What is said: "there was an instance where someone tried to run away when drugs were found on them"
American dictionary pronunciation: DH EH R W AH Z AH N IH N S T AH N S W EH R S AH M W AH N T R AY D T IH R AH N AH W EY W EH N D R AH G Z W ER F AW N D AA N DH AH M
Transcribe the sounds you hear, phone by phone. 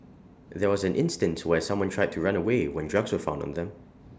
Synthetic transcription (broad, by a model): DH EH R W AH Z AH N IH N S T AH N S W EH R S AH M W AH N T R AY D T IH R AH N AH W EY W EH N D R AH G Z W ER F AW N D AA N DH AH M